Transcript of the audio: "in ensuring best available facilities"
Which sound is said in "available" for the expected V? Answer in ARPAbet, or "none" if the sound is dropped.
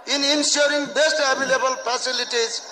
B